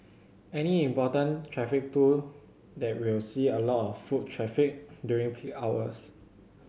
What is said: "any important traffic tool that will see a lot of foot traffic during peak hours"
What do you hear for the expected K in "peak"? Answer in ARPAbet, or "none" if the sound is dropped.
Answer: none